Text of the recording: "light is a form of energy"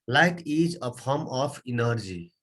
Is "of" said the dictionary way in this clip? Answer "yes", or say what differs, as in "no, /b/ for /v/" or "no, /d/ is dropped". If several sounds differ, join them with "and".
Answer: no, /p/ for /v/